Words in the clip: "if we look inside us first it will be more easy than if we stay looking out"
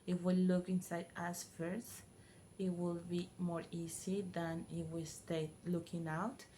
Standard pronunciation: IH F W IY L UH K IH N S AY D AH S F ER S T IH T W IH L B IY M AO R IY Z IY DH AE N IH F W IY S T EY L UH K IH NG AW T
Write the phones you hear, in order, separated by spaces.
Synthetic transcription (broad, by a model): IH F W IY L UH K IH N S AY D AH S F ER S IH T W IH L B IY M AO R IY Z IY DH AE N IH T W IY S T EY L UH K IH NG AW T